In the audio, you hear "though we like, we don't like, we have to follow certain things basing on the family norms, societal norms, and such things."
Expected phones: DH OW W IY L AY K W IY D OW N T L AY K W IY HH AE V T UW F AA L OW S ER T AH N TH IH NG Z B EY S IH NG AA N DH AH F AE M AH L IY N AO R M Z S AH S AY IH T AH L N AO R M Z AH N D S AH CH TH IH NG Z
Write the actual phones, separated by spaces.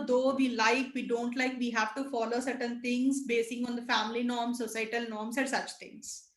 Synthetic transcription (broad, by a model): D OW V IY L AY K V IY D OW N T L AY K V IY HH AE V T UW F AA L OW S ER T AH N T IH NG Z B EY S IH NG AA N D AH F AE M AH L IY N AO R M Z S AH S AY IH T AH L N AO R M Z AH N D S AH CH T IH NG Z